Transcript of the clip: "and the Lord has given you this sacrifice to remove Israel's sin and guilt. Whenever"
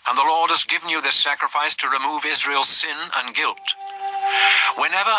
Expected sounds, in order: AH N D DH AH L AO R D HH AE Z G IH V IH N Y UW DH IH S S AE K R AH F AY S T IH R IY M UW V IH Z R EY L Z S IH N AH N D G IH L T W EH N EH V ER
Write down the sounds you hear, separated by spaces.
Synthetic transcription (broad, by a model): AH N DH AH L AO R D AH Z G IH V N Y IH DH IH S S AE K R AH F AY S T IH R IY M UW V IH Z R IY L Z S IH N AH N G IH L T W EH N EH V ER